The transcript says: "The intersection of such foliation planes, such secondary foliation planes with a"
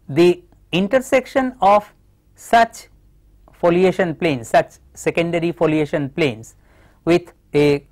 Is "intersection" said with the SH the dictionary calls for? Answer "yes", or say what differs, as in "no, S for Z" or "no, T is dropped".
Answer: yes